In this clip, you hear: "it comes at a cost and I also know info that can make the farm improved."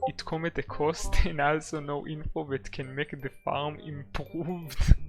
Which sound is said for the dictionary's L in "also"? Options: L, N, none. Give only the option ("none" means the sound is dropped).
L